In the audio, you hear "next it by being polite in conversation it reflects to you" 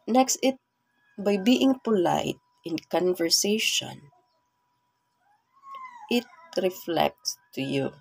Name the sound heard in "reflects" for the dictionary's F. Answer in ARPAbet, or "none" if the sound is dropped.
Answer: F